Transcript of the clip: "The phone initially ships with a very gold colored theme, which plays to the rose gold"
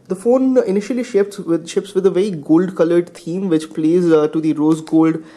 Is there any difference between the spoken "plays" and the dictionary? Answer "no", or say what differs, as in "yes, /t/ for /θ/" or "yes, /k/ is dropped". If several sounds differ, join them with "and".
no